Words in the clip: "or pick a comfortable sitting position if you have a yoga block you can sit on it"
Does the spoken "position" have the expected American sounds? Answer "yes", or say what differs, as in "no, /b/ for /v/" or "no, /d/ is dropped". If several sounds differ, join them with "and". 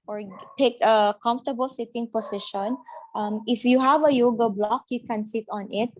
no, /s/ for /z/